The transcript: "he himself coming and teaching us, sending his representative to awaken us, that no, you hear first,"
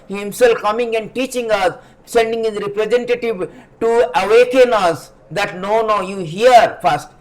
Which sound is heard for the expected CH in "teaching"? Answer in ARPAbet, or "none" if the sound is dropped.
CH